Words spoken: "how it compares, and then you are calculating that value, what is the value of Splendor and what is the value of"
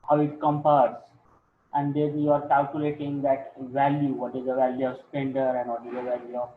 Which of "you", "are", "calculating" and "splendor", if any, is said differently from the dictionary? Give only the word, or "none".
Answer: splendor